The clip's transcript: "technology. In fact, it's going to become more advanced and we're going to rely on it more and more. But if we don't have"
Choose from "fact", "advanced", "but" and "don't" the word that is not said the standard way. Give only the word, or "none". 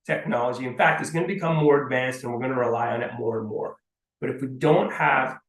none